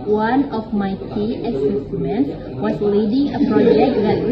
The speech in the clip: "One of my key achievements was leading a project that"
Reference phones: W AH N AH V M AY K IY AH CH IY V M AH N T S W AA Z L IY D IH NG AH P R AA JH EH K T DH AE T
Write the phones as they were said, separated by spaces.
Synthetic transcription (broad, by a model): W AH N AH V M AY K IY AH S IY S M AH N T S W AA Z L IY D IH NG AH P R AA JH EH K T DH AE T